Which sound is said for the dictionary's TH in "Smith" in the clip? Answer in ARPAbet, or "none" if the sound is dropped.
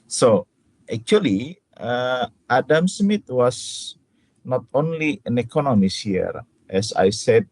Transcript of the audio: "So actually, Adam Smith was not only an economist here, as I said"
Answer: T